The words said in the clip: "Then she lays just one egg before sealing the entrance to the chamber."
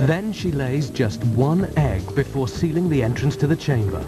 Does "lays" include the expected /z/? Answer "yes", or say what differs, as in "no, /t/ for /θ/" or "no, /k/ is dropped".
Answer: yes